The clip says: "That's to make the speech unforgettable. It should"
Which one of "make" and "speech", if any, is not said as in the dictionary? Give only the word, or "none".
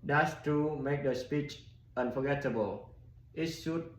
none